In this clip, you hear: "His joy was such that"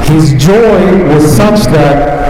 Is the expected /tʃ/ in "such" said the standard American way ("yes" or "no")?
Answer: yes